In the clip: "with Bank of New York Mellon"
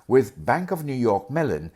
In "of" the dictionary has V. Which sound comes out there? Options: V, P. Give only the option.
V